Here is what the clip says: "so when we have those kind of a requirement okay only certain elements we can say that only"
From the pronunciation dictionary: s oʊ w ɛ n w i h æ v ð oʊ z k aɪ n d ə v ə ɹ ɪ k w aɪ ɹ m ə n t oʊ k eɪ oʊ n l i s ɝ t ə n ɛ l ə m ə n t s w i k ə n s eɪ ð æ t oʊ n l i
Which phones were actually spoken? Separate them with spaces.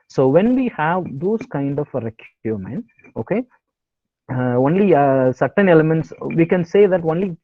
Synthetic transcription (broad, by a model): s oʊ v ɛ n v i h æ v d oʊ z k aɪ n d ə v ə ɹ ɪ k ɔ m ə n oʊ k eɪ oʊ n l i s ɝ t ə n ɛ l ə m ə n t s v i k ə n s eɪ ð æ t oʊ n l i